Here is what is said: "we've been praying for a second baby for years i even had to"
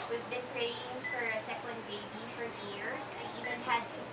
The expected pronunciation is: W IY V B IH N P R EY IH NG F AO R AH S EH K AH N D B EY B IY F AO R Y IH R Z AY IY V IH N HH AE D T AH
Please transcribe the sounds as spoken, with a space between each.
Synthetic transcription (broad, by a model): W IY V B IH N P R EY IH NG F AO R AH S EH K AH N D B EY B IY F AO R Y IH R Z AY IY V IH N HH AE D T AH